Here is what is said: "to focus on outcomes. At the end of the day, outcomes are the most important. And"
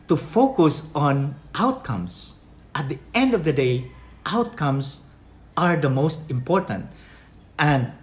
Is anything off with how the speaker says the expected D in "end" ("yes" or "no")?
no